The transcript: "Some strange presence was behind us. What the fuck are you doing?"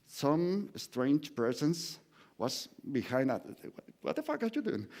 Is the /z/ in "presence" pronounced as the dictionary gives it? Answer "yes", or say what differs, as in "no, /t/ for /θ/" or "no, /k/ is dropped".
no, /s/ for /z/